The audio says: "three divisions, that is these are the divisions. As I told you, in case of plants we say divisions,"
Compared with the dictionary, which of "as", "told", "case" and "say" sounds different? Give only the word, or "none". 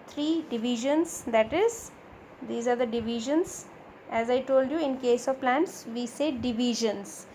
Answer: none